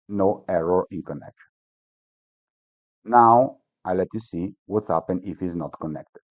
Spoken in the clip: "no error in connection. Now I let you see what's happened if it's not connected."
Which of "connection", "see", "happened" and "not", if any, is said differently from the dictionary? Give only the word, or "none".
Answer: happened